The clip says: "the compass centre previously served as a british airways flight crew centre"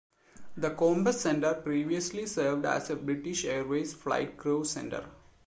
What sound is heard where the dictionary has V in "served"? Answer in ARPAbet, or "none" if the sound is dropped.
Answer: V